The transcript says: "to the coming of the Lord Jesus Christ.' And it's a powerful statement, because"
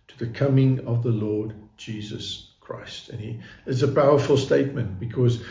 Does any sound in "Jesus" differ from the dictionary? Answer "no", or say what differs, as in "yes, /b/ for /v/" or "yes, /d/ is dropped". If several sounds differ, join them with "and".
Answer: no